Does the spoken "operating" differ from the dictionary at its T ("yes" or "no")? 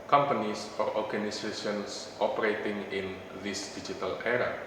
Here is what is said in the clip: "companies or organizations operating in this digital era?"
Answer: no